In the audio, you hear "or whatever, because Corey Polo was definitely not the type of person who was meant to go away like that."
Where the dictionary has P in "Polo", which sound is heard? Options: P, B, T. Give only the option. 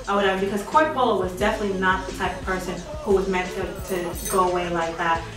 B